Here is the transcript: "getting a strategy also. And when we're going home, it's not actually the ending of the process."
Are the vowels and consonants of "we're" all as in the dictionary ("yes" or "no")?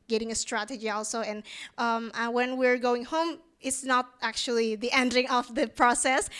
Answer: yes